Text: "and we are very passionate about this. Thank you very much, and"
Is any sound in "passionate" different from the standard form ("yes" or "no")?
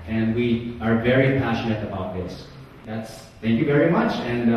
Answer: no